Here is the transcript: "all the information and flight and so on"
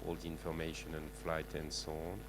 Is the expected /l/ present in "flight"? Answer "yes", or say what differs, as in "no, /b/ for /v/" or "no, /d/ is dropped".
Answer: yes